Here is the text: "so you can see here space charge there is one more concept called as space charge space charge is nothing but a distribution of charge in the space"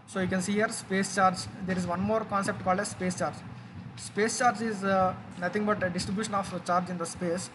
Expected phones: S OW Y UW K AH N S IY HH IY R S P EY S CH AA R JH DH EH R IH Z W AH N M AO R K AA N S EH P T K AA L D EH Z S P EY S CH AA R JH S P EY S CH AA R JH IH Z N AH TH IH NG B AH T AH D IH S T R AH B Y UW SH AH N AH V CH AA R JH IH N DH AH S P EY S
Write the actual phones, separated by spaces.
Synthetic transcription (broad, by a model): S OW Y UW K AH N S IY HH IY R S P EY S CH AA R JH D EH R IH Z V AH N M AO R K AA N S EH P T K AA L D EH S P EY S CH AA R JH S P EY S CH AA R JH IH Z N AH T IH NG B AH T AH D IH S T R AH B Y UW SH AH N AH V CH AA R JH IH N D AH S P EY S